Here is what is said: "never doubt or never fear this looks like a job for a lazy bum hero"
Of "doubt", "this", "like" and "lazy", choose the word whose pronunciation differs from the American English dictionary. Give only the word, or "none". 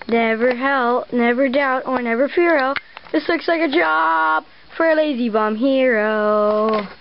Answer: none